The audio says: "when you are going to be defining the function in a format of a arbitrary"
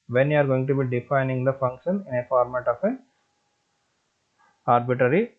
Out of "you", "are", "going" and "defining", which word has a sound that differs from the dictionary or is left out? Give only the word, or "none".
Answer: none